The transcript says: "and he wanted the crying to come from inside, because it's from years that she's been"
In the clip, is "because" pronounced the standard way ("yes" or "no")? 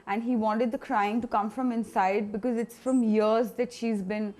yes